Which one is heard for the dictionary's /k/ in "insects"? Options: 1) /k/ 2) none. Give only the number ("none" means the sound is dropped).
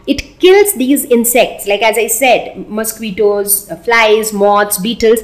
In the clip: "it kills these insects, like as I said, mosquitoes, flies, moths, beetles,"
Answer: 1